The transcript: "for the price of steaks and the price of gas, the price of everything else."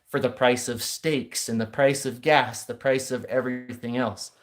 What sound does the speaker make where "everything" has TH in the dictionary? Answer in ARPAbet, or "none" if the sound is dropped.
TH